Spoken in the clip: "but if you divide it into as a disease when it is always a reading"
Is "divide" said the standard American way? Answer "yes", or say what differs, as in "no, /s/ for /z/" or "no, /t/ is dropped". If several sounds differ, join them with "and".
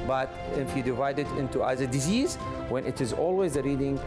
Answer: yes